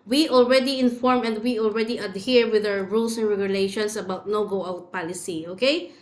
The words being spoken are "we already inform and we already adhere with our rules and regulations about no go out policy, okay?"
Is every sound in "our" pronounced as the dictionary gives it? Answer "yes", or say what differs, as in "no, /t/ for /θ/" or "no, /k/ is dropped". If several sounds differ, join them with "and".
no, /w/ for /ɹ/